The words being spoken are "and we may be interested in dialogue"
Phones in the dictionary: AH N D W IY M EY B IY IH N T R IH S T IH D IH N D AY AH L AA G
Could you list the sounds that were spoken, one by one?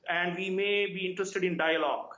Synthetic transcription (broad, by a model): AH N D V IY M EY B IY IH N T R IH S T IH D IH N D AY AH L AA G